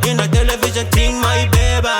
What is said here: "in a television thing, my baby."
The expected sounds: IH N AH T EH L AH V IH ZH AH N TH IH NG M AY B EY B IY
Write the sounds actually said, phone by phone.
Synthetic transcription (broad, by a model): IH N AH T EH L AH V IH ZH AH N T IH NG M AY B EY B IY